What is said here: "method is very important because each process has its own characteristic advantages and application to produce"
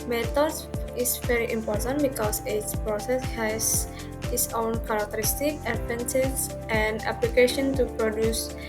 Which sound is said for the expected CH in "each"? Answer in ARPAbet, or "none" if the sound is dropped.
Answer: S